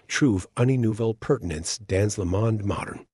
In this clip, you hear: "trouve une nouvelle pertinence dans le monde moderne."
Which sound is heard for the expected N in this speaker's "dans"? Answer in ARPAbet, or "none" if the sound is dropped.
N